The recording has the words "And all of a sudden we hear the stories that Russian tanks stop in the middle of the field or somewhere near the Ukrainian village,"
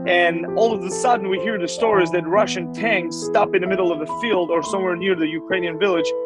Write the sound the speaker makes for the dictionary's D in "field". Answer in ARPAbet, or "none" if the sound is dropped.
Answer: D